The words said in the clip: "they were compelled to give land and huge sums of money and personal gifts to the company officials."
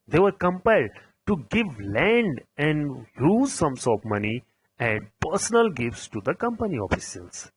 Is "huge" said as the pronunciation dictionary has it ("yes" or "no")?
no